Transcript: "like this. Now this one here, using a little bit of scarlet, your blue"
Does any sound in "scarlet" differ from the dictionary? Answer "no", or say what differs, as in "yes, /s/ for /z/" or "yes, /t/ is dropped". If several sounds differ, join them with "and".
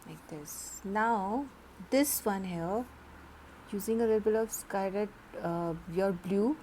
yes, /l/ is dropped